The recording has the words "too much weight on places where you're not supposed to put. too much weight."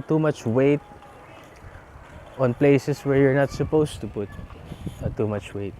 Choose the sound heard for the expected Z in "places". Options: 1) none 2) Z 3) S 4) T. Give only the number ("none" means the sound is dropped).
3